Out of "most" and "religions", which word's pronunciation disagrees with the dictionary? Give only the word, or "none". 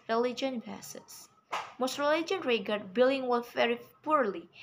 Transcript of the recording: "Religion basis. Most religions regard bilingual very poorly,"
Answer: religions